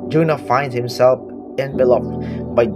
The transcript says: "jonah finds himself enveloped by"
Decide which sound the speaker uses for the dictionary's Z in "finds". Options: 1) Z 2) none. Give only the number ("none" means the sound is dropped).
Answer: 2